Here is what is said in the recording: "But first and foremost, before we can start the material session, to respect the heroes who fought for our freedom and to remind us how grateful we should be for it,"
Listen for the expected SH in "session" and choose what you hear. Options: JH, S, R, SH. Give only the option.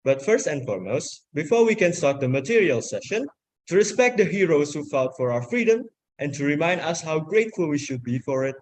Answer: SH